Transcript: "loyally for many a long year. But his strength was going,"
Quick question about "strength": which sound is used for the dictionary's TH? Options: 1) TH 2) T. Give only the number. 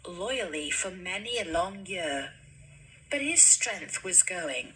1